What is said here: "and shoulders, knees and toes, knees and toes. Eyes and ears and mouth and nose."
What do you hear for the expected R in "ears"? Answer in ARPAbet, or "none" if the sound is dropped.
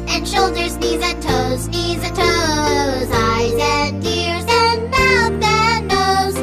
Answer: R